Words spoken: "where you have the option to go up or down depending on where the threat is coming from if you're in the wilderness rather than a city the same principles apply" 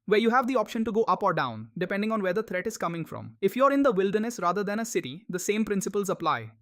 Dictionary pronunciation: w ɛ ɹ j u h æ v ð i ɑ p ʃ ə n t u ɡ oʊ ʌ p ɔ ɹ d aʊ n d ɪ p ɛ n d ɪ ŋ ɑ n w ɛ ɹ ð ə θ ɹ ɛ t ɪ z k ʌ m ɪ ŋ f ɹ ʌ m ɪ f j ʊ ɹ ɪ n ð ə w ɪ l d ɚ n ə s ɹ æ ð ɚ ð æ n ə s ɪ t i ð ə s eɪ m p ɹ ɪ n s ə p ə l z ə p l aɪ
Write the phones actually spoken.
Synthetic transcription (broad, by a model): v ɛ ɹ j u h æ v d i ɑ p ʃ ə n t u ɡ oʊ ʌ p ɔ ɹ d aʊ n d ɪ p ɛ n d ɪ ŋ ɑ n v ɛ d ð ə t ɹ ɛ t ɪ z k ʌ m ɪ ŋ f ɹ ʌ m ɪ f j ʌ ɹ ɪ n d ə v ɪ l d ɚ n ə s ɹ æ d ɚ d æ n ə s ɪ t i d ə s eɪ m p ɹ ɪ n s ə p ə l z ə p l aɪ